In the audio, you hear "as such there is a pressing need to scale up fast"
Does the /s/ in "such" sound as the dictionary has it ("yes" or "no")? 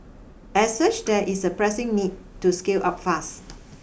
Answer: yes